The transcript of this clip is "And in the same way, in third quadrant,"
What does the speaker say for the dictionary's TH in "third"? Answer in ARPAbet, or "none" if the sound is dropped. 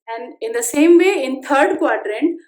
T